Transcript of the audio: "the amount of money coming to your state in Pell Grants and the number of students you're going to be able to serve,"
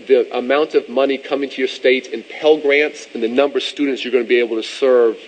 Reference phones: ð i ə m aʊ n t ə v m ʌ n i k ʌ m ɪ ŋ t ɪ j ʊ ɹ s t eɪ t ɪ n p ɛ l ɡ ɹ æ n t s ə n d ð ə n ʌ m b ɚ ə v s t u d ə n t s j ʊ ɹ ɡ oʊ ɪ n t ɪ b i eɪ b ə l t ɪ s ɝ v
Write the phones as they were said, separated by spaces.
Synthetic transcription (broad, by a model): ð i ə m aʊ n t ə v m ʌ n i k ʌ m ɪ ŋ t ɪ j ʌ ɹ s t eɪ t ɪ n p ɛ l ɡ ɹ æ n t s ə n ð ə n ʌ m b ɚ ə v s t u d n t s j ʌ ɹ ɡ oʊ ɪ n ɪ b i eɪ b l t ɪ s ɝ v